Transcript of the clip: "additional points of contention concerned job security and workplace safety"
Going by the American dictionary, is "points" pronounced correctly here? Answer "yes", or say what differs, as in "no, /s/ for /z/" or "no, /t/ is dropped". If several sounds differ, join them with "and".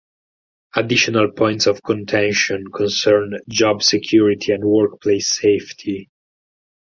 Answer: yes